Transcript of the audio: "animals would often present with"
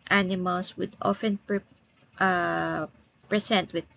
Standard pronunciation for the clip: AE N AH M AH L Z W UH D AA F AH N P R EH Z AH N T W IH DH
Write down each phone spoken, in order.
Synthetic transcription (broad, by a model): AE N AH M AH L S W UH D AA F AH N P R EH S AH N T W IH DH